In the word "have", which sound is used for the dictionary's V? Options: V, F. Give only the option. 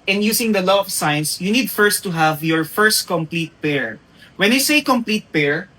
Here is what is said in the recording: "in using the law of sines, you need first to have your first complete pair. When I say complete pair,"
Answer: V